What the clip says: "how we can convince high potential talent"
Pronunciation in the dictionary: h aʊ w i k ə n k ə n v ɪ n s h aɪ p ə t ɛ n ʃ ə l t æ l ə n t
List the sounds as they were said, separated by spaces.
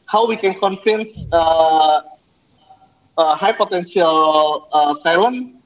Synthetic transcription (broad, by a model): h aʊ w i k ə n k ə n f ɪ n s h aɪ p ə t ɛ n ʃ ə l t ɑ l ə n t